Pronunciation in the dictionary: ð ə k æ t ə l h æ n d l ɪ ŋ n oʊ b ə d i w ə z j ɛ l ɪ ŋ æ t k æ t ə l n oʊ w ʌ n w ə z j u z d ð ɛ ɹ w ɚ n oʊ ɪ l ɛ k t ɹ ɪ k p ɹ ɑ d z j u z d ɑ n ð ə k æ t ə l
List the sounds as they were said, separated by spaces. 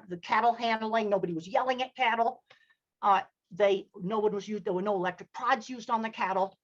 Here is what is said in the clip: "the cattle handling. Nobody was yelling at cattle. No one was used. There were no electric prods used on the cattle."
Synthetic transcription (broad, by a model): ð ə k æ t l h æ n d l ɪ ŋ n oʊ b ə d i w ə z j ɛ l ɪ ŋ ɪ t k æ t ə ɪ n oʊ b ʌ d w ə z j u z d ð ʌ ɹ w ɚ n oʊ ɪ l ɛ k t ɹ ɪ k p ɹ ɑ d z j u z d n ð ə k æ t l